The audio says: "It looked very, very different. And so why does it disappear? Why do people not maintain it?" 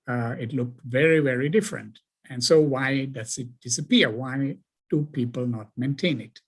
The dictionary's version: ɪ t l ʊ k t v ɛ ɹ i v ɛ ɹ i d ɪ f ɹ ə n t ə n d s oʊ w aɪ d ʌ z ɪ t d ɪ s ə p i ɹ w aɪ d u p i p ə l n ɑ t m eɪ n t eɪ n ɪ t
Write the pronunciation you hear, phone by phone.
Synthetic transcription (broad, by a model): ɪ t l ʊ k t v ɛ ɹ i v ɛ ɹ i d ɪ f ɹ ə n t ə n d s oʊ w aɪ d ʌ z ɪ t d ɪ s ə p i ɹ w aɪ d u p i p ə l n ɑ t m eɪ n t eɪ n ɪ t